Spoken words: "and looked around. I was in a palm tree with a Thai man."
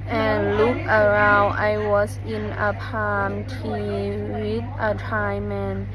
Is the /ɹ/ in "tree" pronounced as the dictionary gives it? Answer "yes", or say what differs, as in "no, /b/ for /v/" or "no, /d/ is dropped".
no, /ɹ/ is dropped